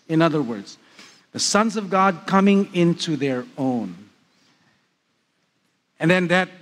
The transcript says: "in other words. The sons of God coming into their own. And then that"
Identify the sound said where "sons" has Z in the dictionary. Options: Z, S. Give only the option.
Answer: Z